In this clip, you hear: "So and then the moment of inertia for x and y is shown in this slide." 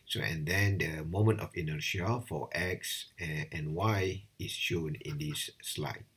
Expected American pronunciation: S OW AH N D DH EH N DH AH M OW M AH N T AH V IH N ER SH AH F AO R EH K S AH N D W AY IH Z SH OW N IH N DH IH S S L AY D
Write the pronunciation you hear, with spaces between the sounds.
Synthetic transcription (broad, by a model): S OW AH N D EH N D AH M OW M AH N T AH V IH N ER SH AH F AO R EH K S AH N W AY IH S SH OW N IH N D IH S S L AY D